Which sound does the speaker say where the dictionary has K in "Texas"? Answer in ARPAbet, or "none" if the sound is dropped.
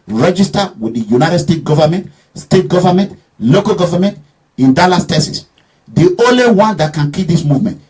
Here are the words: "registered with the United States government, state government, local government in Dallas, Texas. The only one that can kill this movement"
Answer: none